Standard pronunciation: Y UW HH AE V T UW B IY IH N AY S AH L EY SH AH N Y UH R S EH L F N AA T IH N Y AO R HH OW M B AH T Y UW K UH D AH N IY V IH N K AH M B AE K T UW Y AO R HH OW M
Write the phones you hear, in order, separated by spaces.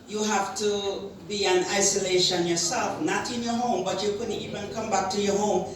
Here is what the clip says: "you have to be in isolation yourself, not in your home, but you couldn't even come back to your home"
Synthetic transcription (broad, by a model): Y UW HH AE F T UW B IY IH N AY S AH L EY SH AH N Y UH R S EH L F N AA T IH N Y AO R HH OW M B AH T Y UW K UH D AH IY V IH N K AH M B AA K T UW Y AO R HH OW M